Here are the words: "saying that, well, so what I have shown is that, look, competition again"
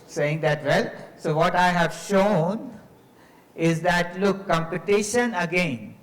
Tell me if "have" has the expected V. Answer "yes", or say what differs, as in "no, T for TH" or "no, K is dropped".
yes